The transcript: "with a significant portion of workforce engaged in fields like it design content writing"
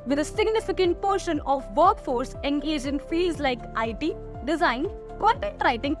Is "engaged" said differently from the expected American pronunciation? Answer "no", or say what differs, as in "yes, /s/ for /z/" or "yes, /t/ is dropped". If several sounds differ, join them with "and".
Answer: yes, /d/ is dropped